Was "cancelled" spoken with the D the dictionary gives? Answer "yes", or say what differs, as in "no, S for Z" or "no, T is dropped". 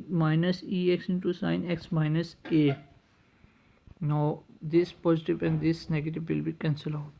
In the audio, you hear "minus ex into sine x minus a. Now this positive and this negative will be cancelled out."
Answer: no, D is dropped